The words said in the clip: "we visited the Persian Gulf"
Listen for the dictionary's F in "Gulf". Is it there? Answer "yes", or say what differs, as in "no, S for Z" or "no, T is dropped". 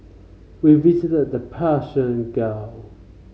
no, F is dropped